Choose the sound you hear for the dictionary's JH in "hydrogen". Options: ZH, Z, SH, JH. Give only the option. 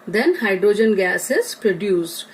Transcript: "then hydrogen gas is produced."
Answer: JH